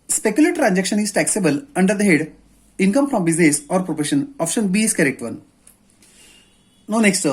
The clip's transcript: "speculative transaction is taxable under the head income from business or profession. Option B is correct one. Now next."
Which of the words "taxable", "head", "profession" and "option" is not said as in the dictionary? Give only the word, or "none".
profession